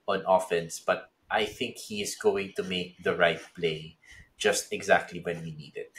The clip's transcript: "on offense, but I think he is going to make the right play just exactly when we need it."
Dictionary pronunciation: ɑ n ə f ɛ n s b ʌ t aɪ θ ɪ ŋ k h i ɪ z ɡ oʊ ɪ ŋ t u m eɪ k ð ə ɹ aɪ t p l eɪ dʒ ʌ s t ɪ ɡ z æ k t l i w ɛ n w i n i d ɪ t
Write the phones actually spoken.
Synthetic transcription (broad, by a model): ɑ n ə f ɛ n s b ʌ t aɪ θ ɪ ŋ k h i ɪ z ɡ oʊ ɪ ŋ t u m eɪ k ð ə ɹ aɪ t p l eɪ dʒ ʌ s t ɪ ɡ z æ k t l i w ɛ n w i n i d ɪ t